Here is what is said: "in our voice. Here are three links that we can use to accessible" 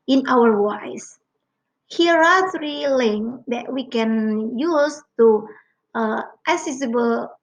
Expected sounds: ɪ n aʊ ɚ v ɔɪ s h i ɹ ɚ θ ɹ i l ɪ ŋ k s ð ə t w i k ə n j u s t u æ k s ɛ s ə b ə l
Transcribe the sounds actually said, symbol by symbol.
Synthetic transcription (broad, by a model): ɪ n aʊ ɚ w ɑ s h i ɹ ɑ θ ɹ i l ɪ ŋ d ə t w i k ə n j u s t u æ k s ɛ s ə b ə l